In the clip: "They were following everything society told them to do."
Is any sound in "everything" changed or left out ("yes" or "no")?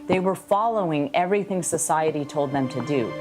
no